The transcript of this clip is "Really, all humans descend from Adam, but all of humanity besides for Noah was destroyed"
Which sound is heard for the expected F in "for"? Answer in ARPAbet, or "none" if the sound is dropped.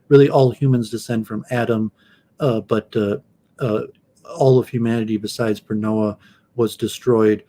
P